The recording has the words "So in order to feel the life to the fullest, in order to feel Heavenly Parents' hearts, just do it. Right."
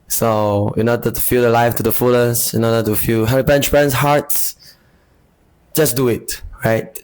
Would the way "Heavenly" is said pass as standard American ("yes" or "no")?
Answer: no